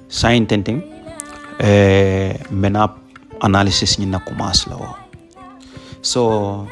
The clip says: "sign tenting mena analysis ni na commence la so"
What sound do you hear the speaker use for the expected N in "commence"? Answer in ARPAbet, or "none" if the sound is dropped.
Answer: none